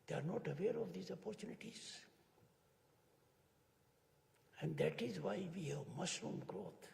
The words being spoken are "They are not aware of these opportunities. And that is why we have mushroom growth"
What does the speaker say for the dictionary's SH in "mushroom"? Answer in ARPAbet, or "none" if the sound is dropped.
S